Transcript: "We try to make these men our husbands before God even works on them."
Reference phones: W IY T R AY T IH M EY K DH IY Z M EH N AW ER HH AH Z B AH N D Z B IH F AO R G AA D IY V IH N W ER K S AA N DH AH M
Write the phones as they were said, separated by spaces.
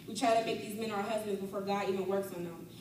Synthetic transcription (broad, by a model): W IY T R AY T IH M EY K DH IY Z M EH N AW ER HH AH Z B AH N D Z B IH F AO R G AA D IY V IH N W ER K S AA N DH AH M